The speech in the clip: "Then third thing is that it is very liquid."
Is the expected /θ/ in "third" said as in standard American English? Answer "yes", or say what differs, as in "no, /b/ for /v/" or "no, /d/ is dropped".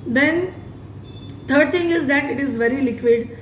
no, /t/ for /θ/